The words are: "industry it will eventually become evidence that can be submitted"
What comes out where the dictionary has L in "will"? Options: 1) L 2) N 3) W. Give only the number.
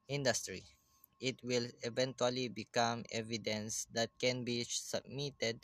1